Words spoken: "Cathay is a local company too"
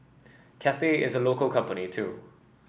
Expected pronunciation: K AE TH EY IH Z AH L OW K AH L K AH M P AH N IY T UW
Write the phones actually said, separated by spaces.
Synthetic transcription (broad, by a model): K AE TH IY IH Z AH L OW K AH L K AH M P AH N IY T UW